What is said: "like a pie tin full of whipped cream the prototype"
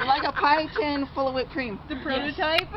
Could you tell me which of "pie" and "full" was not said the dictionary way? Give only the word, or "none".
none